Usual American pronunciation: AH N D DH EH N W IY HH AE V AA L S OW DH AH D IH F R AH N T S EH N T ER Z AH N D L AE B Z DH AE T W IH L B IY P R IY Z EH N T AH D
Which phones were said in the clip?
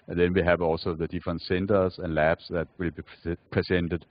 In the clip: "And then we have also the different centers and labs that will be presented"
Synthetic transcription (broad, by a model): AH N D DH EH N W IY HH AE V AA L S OW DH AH D IH F R AH N T S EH N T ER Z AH N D L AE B S DH AE T W IH L B IY P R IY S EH N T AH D